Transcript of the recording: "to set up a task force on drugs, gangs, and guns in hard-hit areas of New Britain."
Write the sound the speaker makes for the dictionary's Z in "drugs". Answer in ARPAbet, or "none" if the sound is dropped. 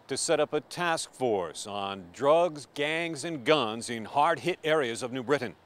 Z